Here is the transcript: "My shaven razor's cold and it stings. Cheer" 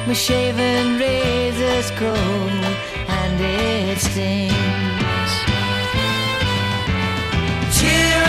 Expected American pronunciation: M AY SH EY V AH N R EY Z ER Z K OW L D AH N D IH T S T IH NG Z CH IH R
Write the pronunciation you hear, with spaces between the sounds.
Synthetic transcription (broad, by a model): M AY SH EY V AH N R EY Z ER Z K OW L AH N D IH T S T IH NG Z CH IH